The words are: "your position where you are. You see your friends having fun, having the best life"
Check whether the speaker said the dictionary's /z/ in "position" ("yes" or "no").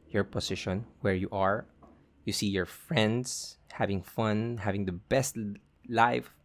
no